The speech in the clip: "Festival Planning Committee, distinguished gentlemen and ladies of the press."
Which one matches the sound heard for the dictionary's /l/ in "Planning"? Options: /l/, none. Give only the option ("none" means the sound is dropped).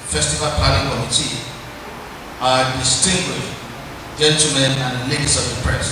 none